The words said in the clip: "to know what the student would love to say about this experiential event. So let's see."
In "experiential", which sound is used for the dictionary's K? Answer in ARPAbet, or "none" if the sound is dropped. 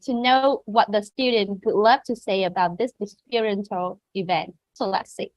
none